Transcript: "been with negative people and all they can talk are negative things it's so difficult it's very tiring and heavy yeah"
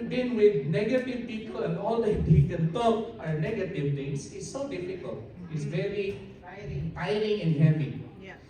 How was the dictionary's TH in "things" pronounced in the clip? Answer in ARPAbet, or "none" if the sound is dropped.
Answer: T